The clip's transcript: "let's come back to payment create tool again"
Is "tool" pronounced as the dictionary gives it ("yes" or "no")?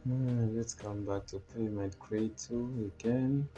no